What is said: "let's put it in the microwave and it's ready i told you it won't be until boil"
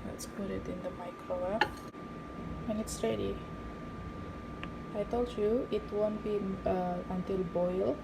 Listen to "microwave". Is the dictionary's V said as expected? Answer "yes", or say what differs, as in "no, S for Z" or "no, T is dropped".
no, V is dropped